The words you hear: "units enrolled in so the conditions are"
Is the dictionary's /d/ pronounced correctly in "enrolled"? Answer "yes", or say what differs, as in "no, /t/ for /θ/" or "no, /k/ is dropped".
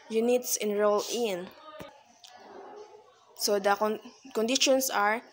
no, /d/ is dropped